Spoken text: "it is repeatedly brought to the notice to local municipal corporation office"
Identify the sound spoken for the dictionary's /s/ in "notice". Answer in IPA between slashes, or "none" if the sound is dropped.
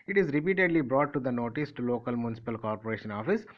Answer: /s/